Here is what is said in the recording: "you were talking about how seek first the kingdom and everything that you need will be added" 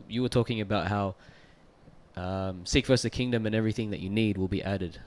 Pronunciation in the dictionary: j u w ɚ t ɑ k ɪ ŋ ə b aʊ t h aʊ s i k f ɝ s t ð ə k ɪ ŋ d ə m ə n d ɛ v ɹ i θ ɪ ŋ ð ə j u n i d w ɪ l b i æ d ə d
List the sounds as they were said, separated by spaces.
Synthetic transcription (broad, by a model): j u w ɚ t ɑ k ɪ ŋ ə b aʊ t h aʊ s i k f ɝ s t ð ə k ɪ ŋ d ə m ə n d ɛ v ɹ i θ ɪ ŋ ð ə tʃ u n i d w ɪ l b i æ d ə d